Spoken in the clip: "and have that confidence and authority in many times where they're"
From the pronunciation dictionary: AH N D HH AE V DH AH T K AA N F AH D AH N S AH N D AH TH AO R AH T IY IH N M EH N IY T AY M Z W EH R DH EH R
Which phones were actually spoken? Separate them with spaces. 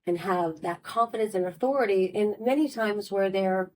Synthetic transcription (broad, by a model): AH N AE V DH AH T K AA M F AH D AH N S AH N AH TH AO R AH T IY IH N M EH N IY T AY M Z W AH R DH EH R